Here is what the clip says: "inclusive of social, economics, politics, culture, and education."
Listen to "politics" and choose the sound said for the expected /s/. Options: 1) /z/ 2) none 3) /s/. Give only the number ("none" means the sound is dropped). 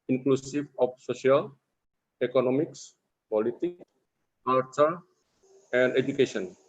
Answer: 2